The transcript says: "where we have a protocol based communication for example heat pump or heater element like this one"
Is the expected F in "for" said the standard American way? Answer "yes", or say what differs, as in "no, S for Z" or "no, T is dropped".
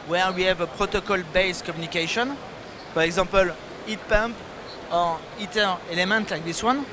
no, P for F